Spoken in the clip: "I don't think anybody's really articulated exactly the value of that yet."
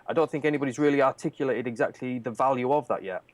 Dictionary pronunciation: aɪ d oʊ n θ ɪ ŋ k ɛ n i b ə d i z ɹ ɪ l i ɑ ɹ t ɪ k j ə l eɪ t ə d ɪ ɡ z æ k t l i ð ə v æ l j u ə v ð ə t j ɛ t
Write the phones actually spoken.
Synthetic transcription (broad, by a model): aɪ d oʊ n θ ɪ ŋ k ɛ n i b ə d i z ɹ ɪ l i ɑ t ɪ k j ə l eɪ t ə d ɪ ɡ z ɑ k t l i ð ə v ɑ l j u ə v ð ə t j ɛ t